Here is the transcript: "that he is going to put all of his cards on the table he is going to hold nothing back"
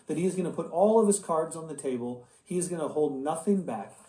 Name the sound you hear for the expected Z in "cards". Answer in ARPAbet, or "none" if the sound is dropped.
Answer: Z